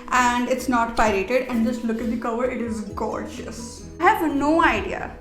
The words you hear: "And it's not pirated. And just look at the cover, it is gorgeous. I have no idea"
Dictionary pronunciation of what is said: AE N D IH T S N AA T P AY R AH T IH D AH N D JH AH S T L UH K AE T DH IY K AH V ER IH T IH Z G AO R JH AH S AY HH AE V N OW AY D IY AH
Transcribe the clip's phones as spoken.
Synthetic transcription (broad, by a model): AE N D IH T S N AA T P AY R AH T IH D AH N D JH AH S T L UH K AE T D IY K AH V ER IH T IH Z G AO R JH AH S HH AE V N OW AY D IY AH